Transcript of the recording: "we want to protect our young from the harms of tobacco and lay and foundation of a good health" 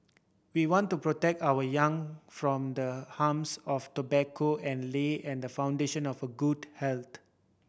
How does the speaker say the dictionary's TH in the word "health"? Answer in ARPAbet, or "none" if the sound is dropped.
T